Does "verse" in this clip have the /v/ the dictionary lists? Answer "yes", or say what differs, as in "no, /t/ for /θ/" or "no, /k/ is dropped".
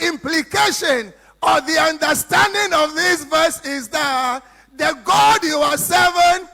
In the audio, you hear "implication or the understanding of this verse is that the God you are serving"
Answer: yes